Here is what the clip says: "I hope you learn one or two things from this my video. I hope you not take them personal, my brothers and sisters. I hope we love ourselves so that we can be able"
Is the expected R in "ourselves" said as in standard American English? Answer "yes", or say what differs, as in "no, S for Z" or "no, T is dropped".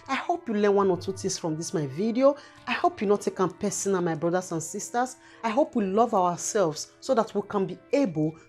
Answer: no, W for R